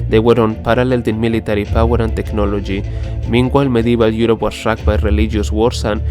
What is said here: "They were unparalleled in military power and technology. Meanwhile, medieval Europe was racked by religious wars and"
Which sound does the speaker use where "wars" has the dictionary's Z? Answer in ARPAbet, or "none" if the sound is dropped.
S